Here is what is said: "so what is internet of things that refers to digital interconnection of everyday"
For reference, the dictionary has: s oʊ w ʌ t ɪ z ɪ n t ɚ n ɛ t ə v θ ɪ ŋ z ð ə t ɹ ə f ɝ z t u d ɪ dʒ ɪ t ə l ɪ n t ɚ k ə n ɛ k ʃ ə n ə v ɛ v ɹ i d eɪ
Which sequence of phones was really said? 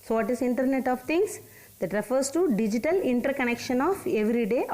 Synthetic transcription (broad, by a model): s oʊ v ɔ t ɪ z ɪ n t ɚ n ɛ t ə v t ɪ ŋ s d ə t ɹ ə f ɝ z t u d ɪ dʒ ɪ t ə l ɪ n t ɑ k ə n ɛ k ʃ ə n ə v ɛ v ɹ i d eɪ